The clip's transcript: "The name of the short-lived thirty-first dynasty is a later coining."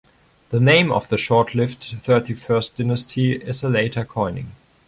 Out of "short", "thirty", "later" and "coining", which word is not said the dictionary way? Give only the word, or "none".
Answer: none